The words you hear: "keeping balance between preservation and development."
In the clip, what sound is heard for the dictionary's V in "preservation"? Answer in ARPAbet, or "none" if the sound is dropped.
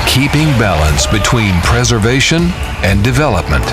V